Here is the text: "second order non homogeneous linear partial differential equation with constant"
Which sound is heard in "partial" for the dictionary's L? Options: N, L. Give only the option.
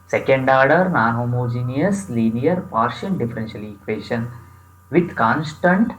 N